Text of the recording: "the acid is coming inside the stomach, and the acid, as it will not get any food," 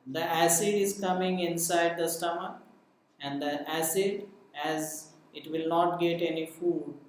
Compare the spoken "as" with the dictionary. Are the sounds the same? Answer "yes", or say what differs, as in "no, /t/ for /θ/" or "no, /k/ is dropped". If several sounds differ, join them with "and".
yes